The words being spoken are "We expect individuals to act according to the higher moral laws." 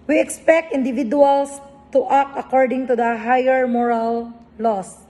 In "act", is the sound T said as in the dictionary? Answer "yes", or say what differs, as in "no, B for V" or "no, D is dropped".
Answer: no, T is dropped